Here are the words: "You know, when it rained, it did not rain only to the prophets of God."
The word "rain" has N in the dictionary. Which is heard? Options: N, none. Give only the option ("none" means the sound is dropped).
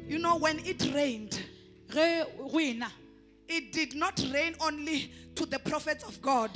N